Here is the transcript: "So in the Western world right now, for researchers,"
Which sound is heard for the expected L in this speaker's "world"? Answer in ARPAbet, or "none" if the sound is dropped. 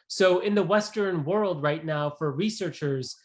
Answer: L